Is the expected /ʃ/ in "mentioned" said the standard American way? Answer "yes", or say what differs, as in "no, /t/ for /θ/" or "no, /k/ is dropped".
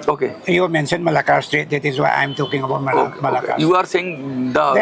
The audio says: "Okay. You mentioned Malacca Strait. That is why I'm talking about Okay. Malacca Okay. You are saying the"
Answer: no, /s/ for /ʃ/